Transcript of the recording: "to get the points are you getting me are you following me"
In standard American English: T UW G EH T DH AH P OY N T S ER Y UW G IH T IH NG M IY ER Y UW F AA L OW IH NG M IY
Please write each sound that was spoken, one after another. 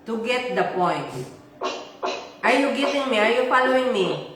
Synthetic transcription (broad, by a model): T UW G EH T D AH P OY N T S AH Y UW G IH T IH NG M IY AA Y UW P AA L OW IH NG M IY